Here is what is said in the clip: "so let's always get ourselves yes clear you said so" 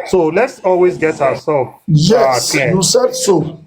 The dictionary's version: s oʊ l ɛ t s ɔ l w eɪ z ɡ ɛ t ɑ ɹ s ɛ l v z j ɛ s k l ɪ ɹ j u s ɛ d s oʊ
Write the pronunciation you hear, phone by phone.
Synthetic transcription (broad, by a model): s oʊ l ɛ t s ɔ l w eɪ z ɡ ɛ t ɑ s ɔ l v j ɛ k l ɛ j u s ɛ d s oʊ